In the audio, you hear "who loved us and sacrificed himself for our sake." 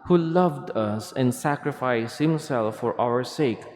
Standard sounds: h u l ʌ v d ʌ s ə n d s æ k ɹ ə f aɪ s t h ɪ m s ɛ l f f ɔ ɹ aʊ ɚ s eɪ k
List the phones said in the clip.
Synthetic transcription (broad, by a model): h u l ʌ v d ʌ s ə n d s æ k ɹ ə f aɪ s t h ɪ m s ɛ l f f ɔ ɹ aʊ ɚ s eɪ k